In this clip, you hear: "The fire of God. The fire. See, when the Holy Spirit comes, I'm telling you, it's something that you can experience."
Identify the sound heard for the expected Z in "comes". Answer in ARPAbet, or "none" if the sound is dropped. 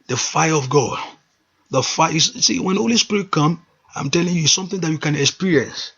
none